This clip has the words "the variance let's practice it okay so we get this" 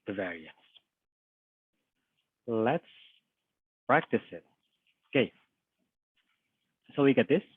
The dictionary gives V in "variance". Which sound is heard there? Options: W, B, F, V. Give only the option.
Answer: V